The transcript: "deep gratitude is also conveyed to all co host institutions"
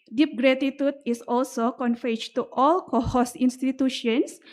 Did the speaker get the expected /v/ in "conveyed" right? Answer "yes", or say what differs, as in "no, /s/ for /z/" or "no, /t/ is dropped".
no, /f/ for /v/